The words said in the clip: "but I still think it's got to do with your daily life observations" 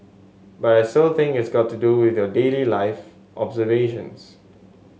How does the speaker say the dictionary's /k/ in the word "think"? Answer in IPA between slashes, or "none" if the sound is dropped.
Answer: none